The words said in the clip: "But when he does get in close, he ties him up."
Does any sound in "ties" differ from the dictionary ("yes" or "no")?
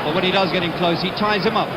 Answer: no